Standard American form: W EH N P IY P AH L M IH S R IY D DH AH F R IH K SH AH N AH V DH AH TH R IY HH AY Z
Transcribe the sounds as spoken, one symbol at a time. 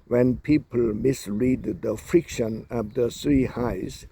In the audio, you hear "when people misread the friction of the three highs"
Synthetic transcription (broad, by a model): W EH N P IY P AH L M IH S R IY D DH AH F R IH K SH AH N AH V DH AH S R IY HH AY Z